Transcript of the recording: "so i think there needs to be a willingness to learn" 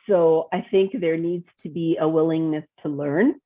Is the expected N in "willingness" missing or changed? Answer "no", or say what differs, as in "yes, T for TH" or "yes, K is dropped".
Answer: no